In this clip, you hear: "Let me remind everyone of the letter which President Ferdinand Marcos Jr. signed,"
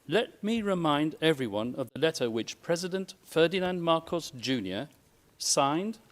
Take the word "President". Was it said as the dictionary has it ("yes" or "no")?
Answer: yes